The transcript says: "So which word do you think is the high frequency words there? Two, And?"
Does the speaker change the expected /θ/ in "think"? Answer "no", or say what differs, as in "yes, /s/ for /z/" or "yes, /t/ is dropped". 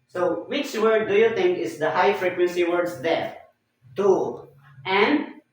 yes, /t/ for /θ/